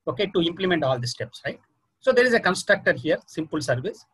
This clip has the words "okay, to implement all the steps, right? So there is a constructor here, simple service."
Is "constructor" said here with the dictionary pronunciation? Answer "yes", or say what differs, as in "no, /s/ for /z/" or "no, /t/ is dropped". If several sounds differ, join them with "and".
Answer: yes